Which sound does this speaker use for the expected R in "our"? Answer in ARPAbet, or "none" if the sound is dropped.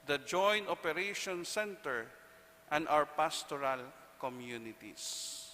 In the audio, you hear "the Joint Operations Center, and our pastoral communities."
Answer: W